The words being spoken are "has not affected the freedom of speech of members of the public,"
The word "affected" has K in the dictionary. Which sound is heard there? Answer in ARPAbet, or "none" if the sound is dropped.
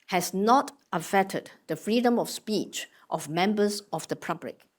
none